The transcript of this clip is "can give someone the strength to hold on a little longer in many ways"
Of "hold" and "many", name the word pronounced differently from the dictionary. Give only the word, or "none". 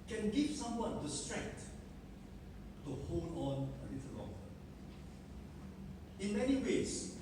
hold